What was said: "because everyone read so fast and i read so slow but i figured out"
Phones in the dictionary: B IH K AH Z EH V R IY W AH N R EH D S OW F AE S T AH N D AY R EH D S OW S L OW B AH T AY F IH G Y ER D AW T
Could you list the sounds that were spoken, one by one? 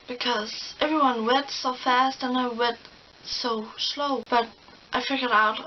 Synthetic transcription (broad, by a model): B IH K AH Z EH V R IY W AH N W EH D S OW F AE S T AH N AY W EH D S OW S L OW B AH T AY F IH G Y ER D AW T